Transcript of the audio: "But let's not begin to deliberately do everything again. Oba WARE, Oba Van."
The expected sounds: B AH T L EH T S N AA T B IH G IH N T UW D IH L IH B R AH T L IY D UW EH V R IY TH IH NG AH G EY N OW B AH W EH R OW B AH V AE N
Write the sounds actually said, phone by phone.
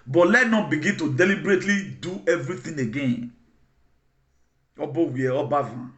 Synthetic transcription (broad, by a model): B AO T L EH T N AA T B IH G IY N T UW D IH L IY B R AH T L IY D UW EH V R IY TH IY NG AH G EY N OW B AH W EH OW B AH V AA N